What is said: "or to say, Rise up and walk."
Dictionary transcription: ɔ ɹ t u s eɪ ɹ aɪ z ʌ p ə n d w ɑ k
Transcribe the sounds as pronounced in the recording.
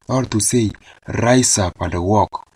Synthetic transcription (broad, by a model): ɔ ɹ t u s eɪ ɹ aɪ s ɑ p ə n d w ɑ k